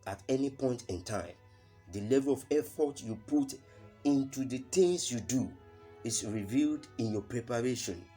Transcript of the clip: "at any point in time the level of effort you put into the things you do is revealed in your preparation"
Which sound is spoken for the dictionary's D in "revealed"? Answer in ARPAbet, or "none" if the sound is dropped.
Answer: D